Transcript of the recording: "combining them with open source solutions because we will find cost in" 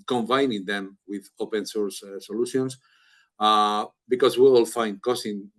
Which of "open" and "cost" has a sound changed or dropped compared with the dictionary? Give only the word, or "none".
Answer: cost